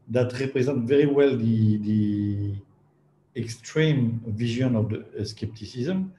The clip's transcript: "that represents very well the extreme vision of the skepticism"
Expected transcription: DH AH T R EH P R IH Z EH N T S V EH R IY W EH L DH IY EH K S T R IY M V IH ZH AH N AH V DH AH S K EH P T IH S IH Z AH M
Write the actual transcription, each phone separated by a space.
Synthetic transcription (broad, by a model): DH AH T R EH P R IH Z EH N T V EH R IY W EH L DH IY EH K S T R IY M V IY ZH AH N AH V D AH S K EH P T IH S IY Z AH M